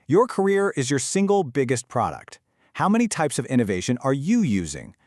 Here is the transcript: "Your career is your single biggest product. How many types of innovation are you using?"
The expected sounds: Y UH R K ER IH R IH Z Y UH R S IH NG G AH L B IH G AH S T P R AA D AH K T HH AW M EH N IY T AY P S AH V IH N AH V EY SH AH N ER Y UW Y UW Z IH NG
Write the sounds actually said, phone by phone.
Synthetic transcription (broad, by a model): Y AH R K ER IH R IH Z Y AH R S IH NG G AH L B IH G AH S T P R AA D AH K T HH AW M EH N IY T AY P S AH V IH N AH V EY SH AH N ER Y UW Y UW Z IH NG